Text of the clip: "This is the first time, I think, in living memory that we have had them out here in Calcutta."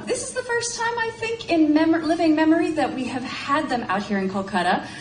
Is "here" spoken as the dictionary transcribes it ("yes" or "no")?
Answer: yes